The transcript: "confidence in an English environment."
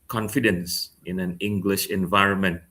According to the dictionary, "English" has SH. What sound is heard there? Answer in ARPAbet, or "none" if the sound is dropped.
SH